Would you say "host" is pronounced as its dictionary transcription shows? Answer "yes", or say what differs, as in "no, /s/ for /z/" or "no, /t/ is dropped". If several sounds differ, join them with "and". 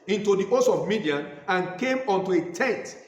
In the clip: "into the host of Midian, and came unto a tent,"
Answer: no, /t/ is dropped